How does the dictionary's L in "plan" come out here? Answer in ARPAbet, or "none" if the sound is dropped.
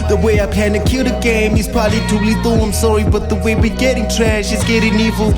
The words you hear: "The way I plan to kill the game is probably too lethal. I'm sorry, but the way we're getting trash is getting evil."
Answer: none